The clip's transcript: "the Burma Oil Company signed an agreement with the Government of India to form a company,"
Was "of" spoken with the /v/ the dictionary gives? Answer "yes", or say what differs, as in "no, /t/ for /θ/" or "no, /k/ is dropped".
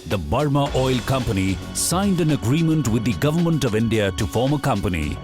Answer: yes